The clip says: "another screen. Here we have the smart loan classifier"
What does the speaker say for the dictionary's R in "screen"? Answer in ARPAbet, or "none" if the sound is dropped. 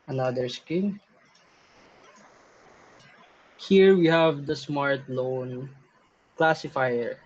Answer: none